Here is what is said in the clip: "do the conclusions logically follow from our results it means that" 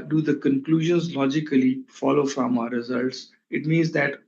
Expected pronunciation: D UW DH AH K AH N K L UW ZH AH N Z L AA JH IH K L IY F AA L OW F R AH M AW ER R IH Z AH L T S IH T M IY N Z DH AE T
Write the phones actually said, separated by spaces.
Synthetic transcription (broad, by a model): D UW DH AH K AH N K L UW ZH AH N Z L AA JH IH K L IY F AA L OW F R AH M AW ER R IH Z AH L T S IH T M IY N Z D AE T